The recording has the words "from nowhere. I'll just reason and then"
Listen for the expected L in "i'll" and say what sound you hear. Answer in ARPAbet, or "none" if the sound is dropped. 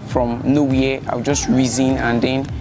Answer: W